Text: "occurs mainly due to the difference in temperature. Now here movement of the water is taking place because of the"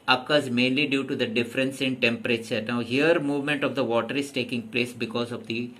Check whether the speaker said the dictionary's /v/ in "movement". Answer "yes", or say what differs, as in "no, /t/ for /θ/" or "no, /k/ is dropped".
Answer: yes